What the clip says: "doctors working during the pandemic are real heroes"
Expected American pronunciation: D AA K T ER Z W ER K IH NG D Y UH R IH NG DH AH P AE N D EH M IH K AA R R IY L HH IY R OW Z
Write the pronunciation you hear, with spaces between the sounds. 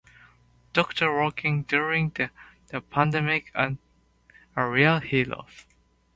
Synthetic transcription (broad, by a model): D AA K T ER W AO K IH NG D Y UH R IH NG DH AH P AE N D EH M IH K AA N R IY L HH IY L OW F